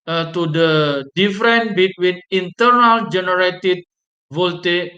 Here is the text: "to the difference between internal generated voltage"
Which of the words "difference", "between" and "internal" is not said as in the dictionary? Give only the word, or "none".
difference